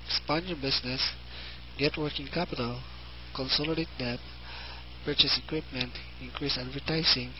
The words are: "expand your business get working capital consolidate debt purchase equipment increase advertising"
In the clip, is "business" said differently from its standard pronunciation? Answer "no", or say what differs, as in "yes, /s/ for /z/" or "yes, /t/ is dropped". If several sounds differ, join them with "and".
yes, /s/ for /z/